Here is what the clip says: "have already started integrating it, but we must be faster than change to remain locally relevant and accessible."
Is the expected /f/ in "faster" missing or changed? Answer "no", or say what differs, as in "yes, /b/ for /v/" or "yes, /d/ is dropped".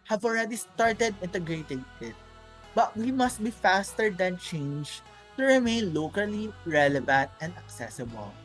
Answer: no